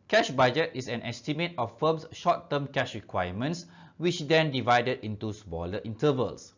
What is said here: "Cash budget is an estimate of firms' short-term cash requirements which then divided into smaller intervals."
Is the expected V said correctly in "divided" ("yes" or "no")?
yes